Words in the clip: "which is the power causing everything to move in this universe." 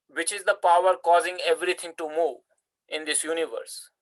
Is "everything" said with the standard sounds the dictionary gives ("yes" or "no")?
no